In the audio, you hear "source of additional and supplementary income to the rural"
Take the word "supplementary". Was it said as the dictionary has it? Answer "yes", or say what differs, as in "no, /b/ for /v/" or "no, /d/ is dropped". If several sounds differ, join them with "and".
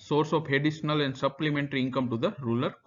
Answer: yes